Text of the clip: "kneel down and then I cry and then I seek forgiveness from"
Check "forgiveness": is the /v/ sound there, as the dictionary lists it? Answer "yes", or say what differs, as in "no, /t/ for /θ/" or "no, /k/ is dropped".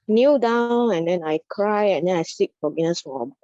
no, /v/ is dropped